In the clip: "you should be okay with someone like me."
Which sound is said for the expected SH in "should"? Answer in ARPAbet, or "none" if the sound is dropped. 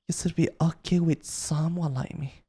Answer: S